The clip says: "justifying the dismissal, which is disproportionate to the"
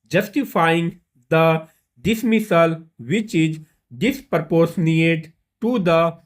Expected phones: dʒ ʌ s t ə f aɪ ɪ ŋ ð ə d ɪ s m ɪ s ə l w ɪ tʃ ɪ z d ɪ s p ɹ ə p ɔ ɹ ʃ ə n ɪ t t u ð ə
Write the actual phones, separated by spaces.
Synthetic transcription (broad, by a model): dʒ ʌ s t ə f aɪ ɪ ŋ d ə d ɪ s m ɪ s ə l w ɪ tʃ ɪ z d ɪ s p ɹ p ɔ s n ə ɪ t t u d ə